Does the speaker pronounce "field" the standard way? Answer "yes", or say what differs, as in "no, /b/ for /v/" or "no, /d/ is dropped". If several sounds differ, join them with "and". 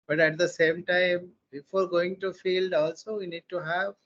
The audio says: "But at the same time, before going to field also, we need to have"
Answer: yes